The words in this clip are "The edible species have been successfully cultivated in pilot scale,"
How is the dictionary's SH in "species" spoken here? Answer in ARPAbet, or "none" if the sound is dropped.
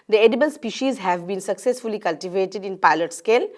SH